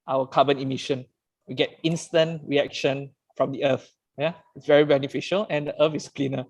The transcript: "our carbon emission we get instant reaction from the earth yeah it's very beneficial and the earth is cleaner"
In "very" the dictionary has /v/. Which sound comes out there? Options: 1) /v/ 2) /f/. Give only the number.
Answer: 1